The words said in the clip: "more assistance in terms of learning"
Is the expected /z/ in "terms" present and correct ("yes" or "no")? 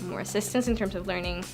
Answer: yes